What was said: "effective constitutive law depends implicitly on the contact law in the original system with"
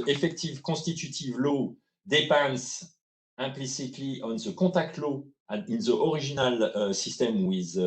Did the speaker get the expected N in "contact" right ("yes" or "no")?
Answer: no